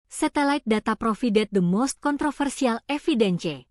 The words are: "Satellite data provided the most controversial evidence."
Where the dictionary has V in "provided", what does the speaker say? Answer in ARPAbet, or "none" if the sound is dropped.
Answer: F